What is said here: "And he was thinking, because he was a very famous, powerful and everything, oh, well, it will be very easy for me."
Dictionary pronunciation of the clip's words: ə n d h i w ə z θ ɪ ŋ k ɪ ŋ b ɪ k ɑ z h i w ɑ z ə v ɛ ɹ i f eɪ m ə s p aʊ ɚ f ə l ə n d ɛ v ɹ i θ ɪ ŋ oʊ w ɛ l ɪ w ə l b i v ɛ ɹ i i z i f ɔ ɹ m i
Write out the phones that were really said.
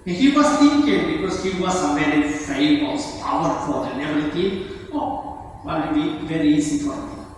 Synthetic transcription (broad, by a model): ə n h i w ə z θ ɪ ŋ k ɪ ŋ b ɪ k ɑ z h i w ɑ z ə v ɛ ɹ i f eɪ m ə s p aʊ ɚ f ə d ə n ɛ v i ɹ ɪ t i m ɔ w ɪ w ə b i v ɛ ɹ i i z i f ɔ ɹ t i